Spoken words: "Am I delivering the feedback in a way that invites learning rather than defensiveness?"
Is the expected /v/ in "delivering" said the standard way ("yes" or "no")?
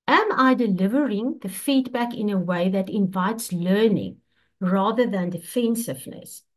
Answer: yes